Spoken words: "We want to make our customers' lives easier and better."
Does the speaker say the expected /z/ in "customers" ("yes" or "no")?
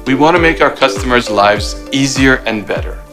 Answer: yes